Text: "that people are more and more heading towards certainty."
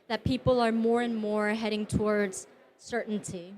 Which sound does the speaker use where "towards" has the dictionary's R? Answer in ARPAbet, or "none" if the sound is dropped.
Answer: R